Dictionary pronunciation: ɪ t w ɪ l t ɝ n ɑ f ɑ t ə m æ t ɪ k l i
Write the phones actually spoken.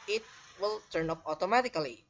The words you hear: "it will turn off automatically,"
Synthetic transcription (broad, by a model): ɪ t w ɪ l t ɝ n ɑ p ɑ t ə m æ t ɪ k l i